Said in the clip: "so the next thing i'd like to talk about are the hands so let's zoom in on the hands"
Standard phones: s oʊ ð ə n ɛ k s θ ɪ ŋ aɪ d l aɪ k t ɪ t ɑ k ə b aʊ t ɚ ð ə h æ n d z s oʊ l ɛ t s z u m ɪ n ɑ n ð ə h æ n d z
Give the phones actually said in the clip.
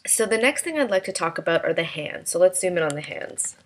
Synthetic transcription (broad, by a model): s oʊ ð ə n ɛ k s θ ɪ ŋ aɪ d l aɪ k t ɪ t ɑ k ə b aʊ t ɚ ð ə h æ n d z s oʊ l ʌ t s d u m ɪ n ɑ n ð ə h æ n d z